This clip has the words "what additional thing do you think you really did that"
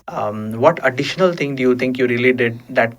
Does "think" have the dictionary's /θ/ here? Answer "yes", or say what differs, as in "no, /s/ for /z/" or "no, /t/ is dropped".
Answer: no, /t/ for /θ/